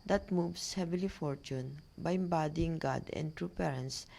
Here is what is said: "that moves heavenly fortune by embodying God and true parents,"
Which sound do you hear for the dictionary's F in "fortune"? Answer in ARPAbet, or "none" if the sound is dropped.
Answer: F